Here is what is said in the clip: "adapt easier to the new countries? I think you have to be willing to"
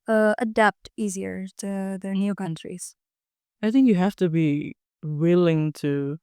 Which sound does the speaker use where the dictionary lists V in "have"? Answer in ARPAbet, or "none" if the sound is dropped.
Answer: F